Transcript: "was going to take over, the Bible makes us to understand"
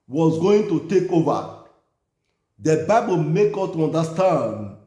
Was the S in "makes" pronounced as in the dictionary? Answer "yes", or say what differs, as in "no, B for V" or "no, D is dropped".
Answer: no, S is dropped